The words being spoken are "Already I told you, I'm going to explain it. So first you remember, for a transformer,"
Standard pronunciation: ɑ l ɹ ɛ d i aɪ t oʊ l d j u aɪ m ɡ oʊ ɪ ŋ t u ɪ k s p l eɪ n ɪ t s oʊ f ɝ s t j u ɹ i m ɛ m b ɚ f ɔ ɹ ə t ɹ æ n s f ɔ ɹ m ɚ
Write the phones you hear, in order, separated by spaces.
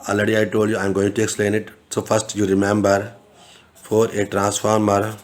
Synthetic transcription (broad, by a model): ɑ l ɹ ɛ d i aɪ t oʊ l d j u aɪ m ɡ oʊ ɪ ŋ t u ɪ k s p l eɪ n ɪ t s oʊ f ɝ s t j u ɹ i m ɛ m b ɚ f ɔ ɹ ə t ɹ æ n s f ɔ ɹ m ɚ